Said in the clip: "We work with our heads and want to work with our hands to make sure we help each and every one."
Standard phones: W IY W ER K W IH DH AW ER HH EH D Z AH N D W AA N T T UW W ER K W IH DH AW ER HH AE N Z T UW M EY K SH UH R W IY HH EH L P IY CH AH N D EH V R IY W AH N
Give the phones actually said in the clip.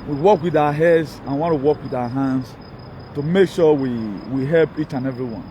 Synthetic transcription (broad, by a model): W IY W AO K W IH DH AW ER HH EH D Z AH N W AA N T T UW W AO K W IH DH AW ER HH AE N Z T UW M EY K SH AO W W IY HH EH L P IY CH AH N EH V R IY W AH N